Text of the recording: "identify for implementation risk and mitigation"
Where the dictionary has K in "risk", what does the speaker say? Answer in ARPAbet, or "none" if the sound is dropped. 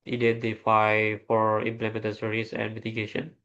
none